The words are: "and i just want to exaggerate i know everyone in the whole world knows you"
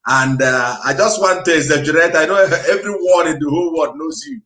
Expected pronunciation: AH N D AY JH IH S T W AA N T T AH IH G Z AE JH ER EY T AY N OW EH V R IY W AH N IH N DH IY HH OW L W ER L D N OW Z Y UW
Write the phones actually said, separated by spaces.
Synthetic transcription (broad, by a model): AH N D AY JH IH S T W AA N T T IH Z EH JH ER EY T AY N OW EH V R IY W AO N IH N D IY HH OW L W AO D N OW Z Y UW